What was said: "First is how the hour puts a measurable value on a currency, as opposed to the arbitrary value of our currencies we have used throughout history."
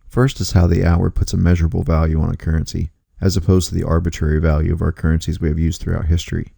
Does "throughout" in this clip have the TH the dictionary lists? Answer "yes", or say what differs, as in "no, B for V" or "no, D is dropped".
yes